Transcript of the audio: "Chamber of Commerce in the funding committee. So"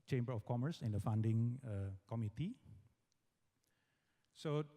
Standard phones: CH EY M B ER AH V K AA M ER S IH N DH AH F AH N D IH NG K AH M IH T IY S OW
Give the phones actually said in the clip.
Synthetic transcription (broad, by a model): CH EY M B ER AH F K AA M ER S IH N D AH F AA N D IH NG K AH M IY T IY S OW